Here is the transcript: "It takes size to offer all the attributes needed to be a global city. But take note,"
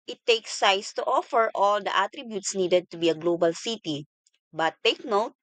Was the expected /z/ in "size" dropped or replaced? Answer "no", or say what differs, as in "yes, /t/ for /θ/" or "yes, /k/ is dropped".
yes, /s/ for /z/